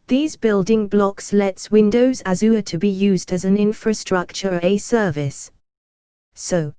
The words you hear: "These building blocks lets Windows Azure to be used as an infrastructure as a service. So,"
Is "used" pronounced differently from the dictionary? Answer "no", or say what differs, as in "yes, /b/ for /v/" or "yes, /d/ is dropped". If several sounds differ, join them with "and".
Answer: no